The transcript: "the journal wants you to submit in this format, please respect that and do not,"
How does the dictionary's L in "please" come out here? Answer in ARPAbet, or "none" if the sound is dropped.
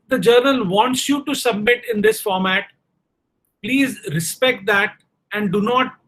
L